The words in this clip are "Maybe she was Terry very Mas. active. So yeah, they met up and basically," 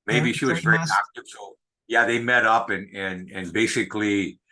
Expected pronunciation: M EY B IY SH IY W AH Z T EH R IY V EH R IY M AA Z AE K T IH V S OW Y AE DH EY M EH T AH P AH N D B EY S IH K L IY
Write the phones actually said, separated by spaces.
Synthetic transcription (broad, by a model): M EY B IY SH IY W AH Z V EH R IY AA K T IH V S OW Y AE DH EY M EH T AH P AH N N B EY S IH K L IY